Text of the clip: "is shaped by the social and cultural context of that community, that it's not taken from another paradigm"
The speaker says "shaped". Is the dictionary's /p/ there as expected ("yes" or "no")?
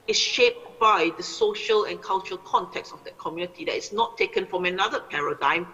yes